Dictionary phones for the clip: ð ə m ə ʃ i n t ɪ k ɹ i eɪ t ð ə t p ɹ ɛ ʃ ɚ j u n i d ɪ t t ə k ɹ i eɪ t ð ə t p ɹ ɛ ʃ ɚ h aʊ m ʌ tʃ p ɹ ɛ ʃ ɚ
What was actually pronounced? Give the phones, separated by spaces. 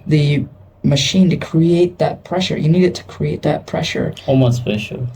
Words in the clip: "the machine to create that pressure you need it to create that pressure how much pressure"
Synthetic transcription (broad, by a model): ð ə m ə ʃ i n t ɪ k ɹ i eɪ t ð ə t p ɹ ɛ ʃ ɚ j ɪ n i d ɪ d t ə k ɹ i eɪ t ð ə t p ɹ ɛ ʃ ɚ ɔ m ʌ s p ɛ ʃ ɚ